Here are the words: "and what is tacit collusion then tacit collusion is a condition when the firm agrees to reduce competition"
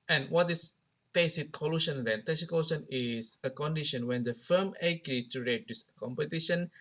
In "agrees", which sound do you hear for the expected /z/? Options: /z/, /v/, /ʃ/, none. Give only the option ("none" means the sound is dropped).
none